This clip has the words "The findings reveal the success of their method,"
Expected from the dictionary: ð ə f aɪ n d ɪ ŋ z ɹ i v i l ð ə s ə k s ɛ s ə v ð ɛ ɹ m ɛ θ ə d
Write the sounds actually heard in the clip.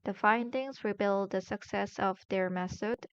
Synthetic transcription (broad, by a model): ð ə f aɪ n d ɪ ŋ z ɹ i b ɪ l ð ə s ə k s ɛ s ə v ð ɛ ɹ m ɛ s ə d